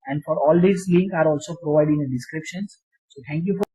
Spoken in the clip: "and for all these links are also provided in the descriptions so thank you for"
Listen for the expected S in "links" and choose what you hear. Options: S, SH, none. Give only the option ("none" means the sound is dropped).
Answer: none